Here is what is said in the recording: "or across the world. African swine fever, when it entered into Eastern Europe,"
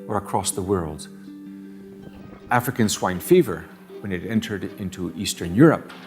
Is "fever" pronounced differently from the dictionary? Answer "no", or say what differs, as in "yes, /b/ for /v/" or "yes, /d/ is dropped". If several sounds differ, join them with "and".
no